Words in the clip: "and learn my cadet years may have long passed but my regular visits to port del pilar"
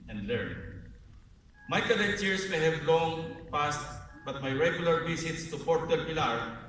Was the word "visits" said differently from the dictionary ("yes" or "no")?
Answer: yes